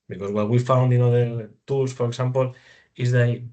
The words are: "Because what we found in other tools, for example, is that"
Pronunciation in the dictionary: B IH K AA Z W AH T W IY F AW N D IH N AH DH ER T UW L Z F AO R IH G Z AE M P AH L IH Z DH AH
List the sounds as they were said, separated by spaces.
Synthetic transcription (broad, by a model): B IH K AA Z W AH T W IY F AW N D IH N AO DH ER T UW L S F AO R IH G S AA M P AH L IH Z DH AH